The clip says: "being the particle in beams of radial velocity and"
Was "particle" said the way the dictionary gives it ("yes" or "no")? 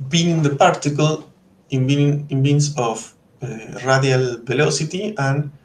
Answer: no